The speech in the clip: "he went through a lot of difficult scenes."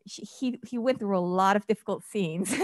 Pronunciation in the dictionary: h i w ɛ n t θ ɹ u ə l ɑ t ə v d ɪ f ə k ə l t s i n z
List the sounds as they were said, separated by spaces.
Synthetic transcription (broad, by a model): h i w ɛ n θ ɹ u ə l ɑ t ə v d ɪ f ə k l t s i n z